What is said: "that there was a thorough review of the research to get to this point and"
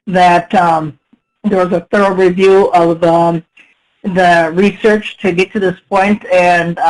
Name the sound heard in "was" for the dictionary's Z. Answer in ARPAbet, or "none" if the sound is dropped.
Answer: Z